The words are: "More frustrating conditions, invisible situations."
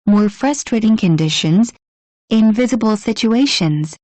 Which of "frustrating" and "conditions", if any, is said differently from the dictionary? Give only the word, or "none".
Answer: none